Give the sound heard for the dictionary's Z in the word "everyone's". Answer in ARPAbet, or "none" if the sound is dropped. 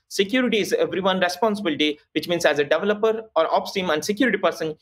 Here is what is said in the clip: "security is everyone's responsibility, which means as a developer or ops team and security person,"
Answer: none